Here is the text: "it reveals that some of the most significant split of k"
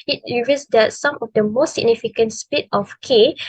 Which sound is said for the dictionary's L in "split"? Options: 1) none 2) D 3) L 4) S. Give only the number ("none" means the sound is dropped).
1